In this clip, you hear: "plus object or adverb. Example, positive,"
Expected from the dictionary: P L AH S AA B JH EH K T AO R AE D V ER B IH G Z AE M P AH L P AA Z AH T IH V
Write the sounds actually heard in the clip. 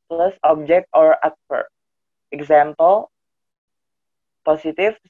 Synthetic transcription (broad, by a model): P L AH S AA B JH EH K T AO R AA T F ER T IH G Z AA M P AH L P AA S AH T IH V